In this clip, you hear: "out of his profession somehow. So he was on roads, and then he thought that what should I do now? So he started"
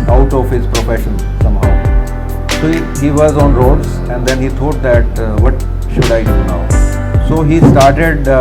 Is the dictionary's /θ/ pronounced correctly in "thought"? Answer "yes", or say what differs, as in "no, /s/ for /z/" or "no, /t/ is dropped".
no, /t/ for /θ/